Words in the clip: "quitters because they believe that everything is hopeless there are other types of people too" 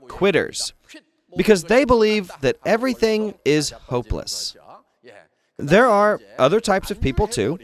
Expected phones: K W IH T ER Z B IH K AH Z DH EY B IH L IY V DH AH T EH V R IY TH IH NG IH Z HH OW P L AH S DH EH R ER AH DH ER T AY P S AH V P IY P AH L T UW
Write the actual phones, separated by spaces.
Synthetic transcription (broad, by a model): K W IH T ER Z B IH K AH Z DH EY B IH L IY V DH AH T EH V R IY TH IH NG IH Z HH OW P L AH S DH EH R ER AH DH ER T AY P S AH V P IY P L T UW